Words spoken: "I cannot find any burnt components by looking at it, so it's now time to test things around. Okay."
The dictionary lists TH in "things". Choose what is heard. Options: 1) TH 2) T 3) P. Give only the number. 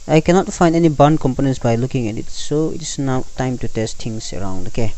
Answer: 2